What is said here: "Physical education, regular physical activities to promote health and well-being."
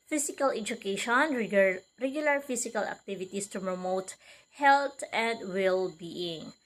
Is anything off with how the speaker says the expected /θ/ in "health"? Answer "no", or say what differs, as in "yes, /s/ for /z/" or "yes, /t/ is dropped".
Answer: yes, /t/ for /θ/